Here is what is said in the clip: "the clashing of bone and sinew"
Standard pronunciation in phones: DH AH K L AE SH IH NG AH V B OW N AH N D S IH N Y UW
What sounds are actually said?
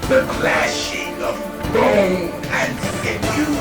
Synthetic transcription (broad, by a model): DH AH K L AE SH IH NG AH V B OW AH N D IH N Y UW